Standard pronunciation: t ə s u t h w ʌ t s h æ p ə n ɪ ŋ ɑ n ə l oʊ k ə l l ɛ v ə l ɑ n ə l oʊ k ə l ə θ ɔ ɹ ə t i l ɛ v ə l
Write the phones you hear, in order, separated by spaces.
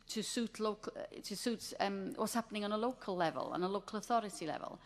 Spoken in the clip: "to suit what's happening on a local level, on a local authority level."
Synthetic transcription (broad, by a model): t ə s u t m w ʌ t s h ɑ p ə n ɪ ŋ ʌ n ə l oʊ k ə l l ɛ v ə l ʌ n ə l oʊ k ə l ə θ ɔ ɹ ə t i l ɛ v ə l